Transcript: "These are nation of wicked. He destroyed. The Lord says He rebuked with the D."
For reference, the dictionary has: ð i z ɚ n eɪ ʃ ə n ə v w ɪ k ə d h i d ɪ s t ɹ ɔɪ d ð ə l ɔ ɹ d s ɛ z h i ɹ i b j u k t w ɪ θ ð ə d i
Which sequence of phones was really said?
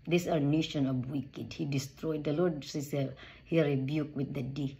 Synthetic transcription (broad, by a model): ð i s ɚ n eɪ ʃ ə n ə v w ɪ k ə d h i d ɪ s t ɹ ɔɪ d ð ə l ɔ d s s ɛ h i ɹ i b j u k w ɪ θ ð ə d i